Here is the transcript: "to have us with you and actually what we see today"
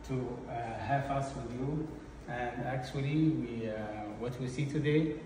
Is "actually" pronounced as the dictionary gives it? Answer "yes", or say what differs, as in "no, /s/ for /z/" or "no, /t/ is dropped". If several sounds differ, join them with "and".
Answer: no, /w/ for /l/